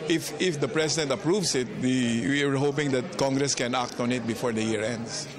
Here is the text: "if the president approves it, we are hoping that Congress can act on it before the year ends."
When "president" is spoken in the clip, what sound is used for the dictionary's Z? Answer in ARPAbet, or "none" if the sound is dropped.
S